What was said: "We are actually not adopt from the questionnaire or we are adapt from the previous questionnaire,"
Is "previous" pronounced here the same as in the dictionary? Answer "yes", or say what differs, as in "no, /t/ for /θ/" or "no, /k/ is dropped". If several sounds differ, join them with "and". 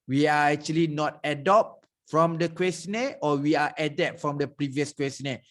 yes